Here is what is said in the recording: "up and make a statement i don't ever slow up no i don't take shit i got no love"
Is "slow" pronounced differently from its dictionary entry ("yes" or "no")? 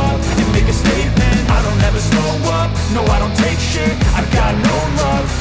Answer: yes